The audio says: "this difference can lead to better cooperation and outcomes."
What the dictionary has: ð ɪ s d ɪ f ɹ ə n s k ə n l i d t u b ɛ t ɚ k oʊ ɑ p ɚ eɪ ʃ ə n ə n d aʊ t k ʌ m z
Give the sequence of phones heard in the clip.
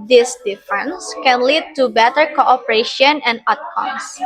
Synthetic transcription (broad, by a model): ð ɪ s d ɪ f ɹ ə n s k ə n l i d t u b ɛ t ɚ k oʊ ɑ p ɚ eɪ ʃ ə n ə n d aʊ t k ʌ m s